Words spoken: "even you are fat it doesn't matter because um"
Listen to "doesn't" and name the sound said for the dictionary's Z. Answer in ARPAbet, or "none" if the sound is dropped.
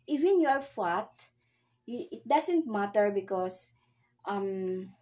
S